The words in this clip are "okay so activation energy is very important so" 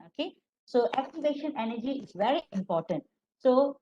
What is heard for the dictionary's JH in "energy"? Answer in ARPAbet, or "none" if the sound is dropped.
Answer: JH